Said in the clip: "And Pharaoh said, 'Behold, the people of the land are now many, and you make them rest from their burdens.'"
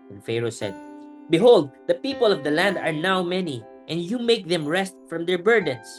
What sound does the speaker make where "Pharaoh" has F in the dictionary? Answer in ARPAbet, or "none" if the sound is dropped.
F